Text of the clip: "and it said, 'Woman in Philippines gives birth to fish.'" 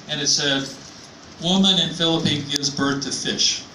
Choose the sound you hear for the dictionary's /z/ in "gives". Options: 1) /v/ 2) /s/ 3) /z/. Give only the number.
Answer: 3